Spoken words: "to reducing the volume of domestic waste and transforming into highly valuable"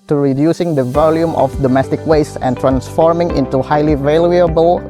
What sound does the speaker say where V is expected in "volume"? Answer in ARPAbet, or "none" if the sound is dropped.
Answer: V